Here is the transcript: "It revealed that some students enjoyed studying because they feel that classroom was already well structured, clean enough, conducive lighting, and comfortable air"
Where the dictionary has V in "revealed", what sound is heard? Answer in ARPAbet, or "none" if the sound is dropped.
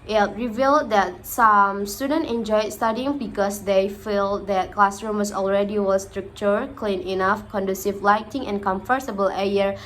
V